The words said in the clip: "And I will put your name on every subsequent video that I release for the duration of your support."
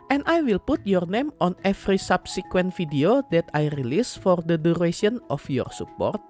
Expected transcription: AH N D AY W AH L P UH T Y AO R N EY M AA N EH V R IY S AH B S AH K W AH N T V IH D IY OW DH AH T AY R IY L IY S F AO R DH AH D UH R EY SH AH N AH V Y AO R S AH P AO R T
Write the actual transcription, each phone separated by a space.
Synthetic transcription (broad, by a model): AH N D AY W AH L P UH T Y AO R N EY M AA N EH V R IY S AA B S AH K W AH N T F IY D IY OW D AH T AY R IY L IY S F AO R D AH D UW R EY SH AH N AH F Y AO R S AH P AO R T